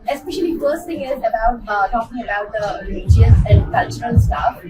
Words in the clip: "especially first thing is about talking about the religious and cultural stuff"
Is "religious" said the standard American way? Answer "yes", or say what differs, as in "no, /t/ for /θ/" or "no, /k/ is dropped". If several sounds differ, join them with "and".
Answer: no, /dʒ/ is dropped